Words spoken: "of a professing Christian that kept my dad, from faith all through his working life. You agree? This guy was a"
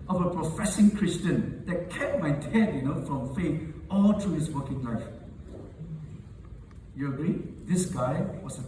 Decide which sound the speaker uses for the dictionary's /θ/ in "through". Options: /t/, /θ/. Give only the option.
/t/